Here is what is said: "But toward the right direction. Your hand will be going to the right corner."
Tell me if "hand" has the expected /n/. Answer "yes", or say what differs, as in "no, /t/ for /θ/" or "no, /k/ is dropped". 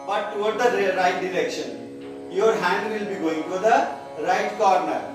yes